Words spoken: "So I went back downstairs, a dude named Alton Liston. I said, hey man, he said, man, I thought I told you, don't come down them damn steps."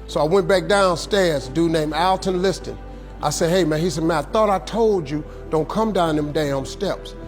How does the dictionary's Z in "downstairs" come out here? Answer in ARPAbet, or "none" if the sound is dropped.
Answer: Z